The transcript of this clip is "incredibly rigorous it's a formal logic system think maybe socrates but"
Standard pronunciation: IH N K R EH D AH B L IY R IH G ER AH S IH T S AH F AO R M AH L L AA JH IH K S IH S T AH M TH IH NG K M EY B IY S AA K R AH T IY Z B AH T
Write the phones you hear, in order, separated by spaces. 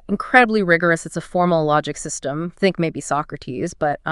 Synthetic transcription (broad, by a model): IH N K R EH D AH B L IY R IH G ER AH S IH T S AH F AO R M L L AA JH IH K S IH S T AH M TH IH NG K M EY B IY S AA K R AH T IY Z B AH T